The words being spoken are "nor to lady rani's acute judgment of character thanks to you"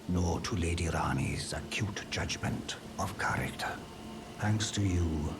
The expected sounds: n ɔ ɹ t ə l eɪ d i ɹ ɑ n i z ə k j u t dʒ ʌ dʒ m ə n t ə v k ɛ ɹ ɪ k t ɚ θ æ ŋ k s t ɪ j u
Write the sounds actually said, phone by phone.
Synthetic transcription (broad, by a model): n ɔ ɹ t ə l eɪ d i ɹ ɑ n i z ə k j u t dʒ ʌ dʒ m ə n t ə v k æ ɹ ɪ k t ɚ θ æ ŋ k s t ɪ j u